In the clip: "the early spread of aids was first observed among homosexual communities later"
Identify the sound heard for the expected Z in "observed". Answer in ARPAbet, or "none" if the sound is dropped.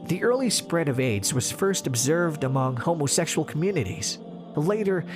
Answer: Z